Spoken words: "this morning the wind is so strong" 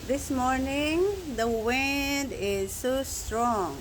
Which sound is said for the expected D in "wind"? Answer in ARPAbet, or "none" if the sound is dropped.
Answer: D